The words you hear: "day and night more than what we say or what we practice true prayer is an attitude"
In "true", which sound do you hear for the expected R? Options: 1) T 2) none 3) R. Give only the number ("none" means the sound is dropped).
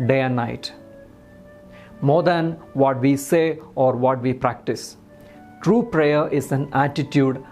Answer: 3